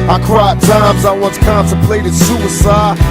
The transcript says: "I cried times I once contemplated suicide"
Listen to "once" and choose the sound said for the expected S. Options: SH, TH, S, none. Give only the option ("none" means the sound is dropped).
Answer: S